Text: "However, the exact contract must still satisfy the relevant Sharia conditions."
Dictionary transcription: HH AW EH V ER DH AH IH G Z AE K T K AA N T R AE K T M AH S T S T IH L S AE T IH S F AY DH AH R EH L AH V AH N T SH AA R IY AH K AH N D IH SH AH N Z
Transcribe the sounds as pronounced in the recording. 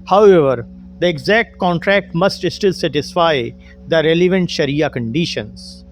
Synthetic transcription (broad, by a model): HH AW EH V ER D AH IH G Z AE K T K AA N T R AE K T M AH S T S T IH L S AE T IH S F AY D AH R EH L AH V AH N T SH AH R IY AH K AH N D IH SH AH N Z